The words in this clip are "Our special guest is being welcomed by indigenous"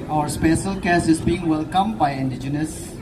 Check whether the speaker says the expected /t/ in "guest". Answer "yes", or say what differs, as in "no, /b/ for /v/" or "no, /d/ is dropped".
no, /t/ is dropped